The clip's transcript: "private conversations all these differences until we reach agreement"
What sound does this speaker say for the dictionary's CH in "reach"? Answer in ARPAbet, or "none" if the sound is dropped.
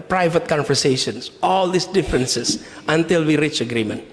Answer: CH